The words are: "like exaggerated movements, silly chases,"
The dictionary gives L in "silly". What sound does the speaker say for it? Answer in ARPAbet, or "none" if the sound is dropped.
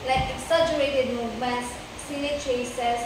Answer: N